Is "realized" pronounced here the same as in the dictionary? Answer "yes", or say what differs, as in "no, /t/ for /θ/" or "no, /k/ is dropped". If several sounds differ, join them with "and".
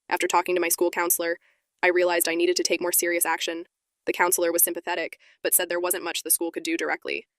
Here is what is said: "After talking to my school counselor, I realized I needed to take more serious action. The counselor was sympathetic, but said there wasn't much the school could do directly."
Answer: yes